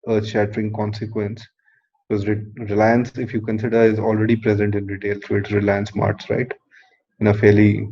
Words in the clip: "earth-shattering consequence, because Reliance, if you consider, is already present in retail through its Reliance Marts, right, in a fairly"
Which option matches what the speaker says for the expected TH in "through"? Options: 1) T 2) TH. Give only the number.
1